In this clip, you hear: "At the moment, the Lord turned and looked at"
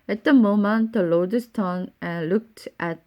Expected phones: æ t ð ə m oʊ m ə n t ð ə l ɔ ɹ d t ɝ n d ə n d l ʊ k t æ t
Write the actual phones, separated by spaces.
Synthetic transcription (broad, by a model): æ t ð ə m oʊ m ə n t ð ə l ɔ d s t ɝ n ə n l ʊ k t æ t